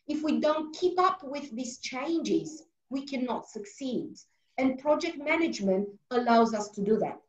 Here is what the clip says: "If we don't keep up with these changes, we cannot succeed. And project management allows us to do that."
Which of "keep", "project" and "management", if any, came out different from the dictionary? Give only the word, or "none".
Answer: none